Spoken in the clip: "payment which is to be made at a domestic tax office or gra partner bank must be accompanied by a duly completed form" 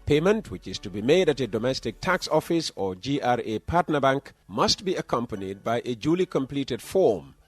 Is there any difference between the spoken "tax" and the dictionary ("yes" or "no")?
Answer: no